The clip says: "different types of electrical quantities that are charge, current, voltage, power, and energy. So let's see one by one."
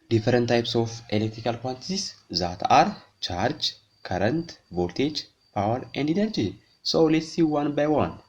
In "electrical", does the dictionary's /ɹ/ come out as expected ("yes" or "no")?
yes